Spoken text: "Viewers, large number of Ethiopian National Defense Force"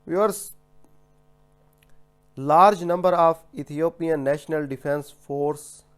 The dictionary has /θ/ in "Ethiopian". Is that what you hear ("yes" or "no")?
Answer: no